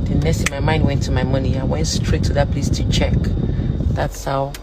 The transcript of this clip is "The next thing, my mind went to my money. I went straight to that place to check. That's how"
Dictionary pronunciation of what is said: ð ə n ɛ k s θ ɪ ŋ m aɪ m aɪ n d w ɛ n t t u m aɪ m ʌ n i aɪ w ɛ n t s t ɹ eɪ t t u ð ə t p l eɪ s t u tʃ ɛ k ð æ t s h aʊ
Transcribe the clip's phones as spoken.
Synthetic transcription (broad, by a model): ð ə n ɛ s t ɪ m aɪ m aɪ n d w ɛ n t t u m aɪ m ʌ n i aɪ w ɛ n t s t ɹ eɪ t t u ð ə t p l eɪ s t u tʃ ɛ k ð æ t s h aʊ